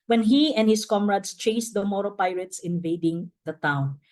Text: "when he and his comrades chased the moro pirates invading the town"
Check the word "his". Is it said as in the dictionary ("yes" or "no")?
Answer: no